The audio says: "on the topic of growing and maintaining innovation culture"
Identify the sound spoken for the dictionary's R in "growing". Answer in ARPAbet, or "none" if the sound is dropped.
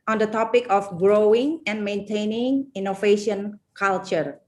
R